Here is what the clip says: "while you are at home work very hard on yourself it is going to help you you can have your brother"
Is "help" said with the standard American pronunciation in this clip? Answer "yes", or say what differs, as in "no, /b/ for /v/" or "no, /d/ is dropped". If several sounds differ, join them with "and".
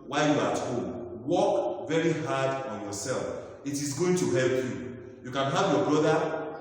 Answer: yes